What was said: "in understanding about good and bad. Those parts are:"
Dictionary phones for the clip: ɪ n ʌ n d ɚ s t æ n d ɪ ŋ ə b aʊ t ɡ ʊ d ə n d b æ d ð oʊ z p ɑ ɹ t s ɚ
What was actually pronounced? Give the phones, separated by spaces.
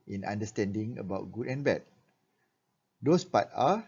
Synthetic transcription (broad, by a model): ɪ n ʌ n d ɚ s t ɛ n d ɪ ŋ ə b aʊ t ɡ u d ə n b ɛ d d oʊ s p ɑ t ɑ